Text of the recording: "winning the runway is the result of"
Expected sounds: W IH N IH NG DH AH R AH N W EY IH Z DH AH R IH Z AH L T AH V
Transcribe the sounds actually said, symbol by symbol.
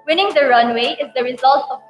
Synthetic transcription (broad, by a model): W IH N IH NG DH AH R AH N W EY IH Z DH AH R IH Z AH L T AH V